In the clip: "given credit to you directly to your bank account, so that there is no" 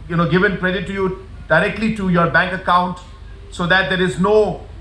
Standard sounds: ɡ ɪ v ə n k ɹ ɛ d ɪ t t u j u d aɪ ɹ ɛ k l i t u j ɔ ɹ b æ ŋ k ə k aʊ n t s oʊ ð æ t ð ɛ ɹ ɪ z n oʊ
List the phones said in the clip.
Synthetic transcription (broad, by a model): ɡ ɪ v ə n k ɹ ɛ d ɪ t t u j u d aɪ ɹ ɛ k l i t u j ɔ ɹ b æ ŋ k ə k aʊ n t s oʊ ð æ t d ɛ ɹ ɪ z n oʊ